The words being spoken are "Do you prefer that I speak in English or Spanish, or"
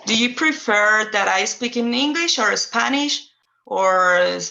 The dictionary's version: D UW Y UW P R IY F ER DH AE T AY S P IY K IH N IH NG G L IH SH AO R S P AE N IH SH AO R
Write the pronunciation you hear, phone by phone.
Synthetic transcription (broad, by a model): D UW Y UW P R IY F ER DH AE T AY S P IY K IH N IH NG G L IH SH AO R S P AE N IH SH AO R